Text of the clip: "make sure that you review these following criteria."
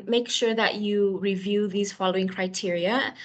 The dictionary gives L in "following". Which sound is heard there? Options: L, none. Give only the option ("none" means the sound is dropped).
L